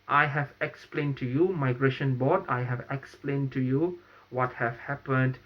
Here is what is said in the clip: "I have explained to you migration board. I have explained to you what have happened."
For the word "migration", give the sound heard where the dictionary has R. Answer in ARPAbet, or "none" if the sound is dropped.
R